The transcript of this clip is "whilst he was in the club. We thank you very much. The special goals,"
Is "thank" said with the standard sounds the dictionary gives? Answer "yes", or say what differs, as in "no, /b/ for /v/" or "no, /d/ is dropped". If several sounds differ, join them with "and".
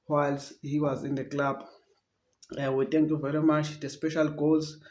no, /t/ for /θ/